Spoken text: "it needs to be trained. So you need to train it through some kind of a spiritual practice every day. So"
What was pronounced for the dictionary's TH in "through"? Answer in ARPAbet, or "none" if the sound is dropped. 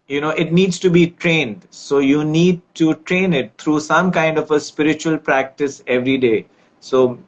T